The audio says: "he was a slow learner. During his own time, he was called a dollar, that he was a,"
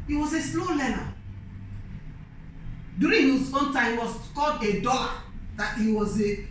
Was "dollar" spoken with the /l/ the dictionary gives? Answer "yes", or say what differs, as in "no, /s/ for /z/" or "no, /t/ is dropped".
no, /l/ is dropped